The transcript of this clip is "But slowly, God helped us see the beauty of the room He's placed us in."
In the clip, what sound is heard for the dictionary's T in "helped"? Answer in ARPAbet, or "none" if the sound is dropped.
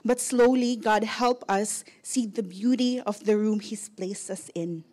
none